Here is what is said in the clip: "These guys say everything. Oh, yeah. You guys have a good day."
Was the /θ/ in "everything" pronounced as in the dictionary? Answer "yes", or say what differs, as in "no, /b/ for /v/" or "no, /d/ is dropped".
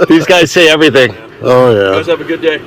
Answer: yes